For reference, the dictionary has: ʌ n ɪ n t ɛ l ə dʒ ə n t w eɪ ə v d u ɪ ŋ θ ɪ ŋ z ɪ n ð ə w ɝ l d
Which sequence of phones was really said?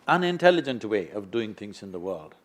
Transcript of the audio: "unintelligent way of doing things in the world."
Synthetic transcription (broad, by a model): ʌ n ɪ n t ɛ l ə dʒ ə n t w eɪ ə v d u ɪ ŋ θ ɪ ŋ z ɪ n ð ə w ɝ l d